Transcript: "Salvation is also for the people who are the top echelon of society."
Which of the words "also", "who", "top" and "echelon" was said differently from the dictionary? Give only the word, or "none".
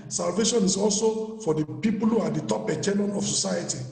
echelon